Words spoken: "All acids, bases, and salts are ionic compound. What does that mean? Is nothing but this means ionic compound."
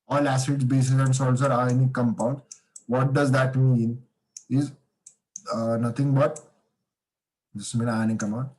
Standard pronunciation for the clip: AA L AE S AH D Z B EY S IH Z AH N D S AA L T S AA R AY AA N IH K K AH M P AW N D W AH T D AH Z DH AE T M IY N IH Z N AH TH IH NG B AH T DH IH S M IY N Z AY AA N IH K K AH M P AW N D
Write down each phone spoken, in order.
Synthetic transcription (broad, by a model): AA L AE S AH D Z B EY S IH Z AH N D S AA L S AA R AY N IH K K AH M P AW N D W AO T D AH Z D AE T M IY N IH Z N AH T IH NG B AH T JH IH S M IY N AY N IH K K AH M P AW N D